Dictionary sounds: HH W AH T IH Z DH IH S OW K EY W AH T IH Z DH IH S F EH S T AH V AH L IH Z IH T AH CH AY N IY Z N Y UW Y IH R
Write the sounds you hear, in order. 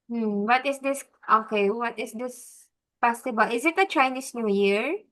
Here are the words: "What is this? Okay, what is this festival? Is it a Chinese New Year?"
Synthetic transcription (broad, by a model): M W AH T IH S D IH S OW K EY W AH T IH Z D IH S P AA S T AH B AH L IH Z IH T AH CH AY N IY S N Y UW Y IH R